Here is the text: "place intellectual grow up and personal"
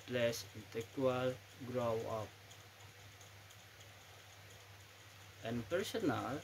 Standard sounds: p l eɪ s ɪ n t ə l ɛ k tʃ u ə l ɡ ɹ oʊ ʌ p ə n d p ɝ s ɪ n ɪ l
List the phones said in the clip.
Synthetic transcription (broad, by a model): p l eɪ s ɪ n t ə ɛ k u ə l ɡ ɹ oʊ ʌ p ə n p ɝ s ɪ n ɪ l